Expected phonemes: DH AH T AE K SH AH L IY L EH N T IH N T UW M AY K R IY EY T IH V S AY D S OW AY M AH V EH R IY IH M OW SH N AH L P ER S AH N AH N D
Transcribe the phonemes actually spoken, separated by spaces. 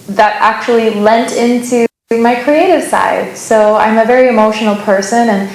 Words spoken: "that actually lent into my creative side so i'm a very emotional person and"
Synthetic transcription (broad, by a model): DH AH T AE K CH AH L IY L EH N T IH N T UW M AY K R IY EY T IH V S AY D S OW AY M AH V EH R IY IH M OW SH N L P ER S AH N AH N